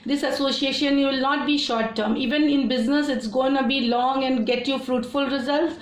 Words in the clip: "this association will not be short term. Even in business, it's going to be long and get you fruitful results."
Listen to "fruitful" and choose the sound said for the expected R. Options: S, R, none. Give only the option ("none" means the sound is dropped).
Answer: R